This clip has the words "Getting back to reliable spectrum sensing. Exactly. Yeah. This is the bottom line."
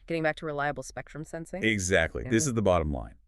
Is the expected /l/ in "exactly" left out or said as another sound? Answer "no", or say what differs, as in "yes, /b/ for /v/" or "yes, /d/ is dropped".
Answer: no